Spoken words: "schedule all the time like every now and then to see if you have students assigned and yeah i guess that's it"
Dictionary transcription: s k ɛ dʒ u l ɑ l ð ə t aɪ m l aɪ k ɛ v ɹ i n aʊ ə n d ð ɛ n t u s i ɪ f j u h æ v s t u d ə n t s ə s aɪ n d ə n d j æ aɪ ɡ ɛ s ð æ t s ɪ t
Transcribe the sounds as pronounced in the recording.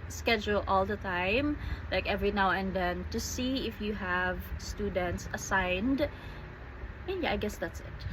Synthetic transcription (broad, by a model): s k ɛ dʒ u l ɑ l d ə t aɪ m l aɪ k ɛ v ɹ i n aʊ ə n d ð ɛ n t u s i ɪ f j u h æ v s t u d ə n t s ə s aɪ n d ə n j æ aɪ ɡ ɛ s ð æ t s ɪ t